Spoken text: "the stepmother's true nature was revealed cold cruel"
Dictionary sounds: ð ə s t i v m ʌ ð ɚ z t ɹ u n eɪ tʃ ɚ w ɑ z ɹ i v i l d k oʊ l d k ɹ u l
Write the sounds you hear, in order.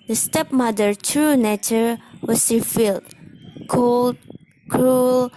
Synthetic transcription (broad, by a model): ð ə s t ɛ p m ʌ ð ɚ t ɹ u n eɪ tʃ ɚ w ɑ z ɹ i f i l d k oʊ l d k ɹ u l